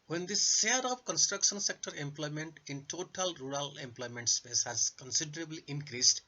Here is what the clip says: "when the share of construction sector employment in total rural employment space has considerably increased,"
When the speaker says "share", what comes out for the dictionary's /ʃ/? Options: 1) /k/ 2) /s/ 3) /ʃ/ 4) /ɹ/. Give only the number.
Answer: 2